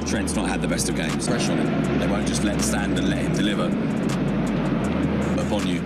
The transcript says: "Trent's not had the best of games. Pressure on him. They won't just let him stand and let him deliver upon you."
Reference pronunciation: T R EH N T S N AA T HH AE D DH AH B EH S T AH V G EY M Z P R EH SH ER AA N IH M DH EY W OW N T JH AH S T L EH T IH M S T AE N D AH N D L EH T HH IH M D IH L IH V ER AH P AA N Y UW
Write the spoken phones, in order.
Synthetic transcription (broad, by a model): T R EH N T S N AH T HH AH D DH AH B EH S T AH V G EY M Z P EH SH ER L DH EY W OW N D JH AH S T L EH T S T AE N D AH N L EH T HH IH M D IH L IH V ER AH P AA N Y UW